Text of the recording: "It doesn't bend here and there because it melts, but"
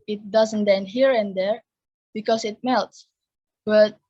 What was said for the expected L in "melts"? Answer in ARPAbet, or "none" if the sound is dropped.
L